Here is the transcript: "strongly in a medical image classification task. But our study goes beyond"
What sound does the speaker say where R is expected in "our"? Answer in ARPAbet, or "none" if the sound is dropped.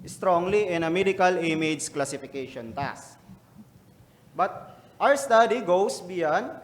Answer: W